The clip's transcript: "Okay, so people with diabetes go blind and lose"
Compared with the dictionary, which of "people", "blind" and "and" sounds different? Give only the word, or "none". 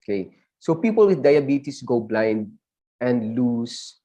none